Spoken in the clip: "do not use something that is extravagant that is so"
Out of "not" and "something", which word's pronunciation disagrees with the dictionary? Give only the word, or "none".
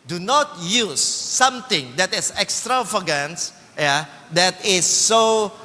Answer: something